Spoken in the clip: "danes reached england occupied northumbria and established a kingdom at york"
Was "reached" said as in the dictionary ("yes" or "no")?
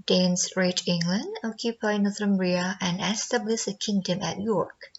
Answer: no